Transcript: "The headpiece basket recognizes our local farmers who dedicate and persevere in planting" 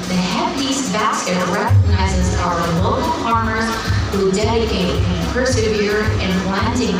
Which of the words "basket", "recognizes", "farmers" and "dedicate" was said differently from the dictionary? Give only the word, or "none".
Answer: farmers